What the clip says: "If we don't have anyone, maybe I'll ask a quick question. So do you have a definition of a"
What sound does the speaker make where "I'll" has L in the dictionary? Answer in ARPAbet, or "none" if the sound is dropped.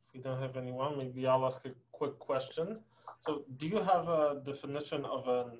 L